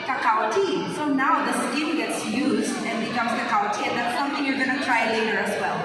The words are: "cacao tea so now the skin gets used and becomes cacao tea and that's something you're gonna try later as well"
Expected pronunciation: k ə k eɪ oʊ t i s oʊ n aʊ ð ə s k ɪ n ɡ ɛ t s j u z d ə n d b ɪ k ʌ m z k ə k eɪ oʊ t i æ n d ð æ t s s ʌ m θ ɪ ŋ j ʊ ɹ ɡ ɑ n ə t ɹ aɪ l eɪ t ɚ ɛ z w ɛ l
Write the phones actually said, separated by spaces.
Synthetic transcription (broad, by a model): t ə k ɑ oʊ t i s oʊ n aʊ ð ə s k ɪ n ɡ ɛ t s j u z d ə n b ɪ k ʌ m z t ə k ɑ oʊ t i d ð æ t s s ʌ m θ ɪ ŋ j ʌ ɹ ɡ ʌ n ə t ɹ aɪ l eɪ t ɚ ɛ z w ɛ l